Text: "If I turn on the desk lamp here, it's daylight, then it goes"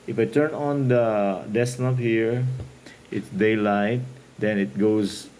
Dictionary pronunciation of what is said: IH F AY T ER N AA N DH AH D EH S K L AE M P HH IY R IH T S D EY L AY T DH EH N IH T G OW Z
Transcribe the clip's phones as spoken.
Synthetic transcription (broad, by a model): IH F AY T ER N AA N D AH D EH S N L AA P HH IY R IH T S D EY L AY T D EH N IH T G OW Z